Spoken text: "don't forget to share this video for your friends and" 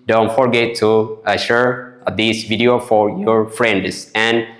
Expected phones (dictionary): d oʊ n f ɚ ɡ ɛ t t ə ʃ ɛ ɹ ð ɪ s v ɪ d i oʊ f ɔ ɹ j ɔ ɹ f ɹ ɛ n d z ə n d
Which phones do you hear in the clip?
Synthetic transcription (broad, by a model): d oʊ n f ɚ ɡ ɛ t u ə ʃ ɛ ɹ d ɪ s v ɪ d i oʊ f ɔ ɹ j ɔ ɹ f ɹ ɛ n d s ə n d